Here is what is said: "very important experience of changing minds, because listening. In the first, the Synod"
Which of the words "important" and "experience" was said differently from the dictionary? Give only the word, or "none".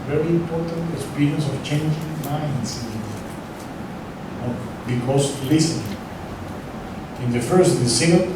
experience